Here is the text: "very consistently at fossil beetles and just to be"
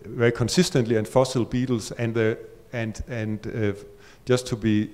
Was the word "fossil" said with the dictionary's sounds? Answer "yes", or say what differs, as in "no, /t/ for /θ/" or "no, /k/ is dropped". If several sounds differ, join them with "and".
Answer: yes